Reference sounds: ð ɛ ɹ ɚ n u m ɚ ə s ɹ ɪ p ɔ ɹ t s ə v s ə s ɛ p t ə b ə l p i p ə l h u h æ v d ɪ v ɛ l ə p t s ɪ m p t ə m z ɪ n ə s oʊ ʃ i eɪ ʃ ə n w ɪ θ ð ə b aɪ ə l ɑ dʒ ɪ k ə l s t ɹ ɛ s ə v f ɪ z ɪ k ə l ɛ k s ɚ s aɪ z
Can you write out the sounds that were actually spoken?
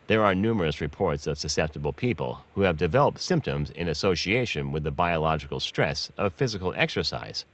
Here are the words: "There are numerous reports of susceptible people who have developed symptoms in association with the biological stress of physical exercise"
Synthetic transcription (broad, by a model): ð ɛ ɹ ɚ n u m ɚ ə s ɹ ɪ p ɔ ɹ t s ə v s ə s ɛ p t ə b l p i p ə l h u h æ v d ɪ v ɛ l ə p t s ɪ m p t ə m z ɪ n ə s oʊ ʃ i eɪ ʃ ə n w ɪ ð ə b aɪ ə l ɑ dʒ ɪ k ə l s t ɹ ɛ s ə v f ɪ z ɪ k l ɛ k s ɚ s aɪ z